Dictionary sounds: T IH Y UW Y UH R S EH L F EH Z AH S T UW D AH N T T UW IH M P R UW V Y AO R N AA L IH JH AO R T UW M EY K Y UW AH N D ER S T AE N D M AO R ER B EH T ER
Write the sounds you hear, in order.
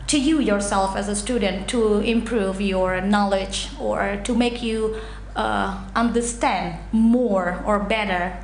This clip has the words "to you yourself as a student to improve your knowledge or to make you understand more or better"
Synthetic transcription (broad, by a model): T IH Y UW Y UH R S EH L F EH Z AH S T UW D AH N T T UW IH M P R UW V Y AO R N AA L IH JH AO R T UW M EY K Y UW AH N D ER S T AE N D M AO R ER B EH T ER